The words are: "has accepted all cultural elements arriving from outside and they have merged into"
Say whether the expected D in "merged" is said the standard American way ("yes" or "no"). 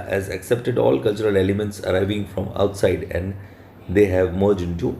no